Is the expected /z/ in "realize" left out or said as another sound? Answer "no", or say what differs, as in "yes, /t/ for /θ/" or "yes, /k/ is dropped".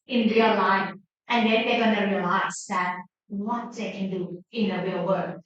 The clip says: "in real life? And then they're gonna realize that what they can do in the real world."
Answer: yes, /s/ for /z/